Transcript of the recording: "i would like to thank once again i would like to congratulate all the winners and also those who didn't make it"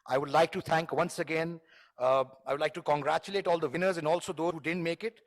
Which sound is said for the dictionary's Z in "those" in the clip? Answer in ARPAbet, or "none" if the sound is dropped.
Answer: none